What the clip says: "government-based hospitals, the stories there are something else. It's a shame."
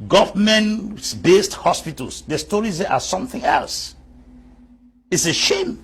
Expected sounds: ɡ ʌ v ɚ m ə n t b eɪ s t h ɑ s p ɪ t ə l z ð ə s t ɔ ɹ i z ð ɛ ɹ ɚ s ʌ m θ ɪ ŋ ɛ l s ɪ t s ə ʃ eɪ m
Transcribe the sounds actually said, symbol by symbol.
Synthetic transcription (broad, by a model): ɡ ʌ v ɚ m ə n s b eɪ s t h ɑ s p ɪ t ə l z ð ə s t ɔ ɹ i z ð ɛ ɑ s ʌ m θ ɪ ŋ ɛ l s ɪ t s ə ʃ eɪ m